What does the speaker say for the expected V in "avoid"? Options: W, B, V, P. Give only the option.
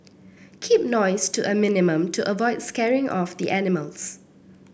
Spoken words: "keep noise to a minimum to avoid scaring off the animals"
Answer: V